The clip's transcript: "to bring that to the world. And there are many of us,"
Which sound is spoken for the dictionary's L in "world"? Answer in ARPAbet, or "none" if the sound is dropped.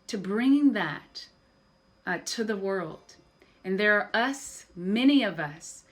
L